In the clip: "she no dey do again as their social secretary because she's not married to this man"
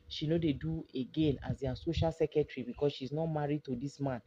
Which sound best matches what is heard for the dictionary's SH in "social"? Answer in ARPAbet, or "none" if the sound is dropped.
SH